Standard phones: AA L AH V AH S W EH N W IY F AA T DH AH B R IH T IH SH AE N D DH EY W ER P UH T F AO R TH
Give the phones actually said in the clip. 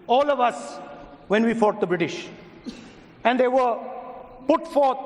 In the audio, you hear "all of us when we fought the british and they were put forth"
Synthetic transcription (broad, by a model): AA L AH V AH S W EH N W IY F AA T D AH B R IH T IH SH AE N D EY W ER P UH T F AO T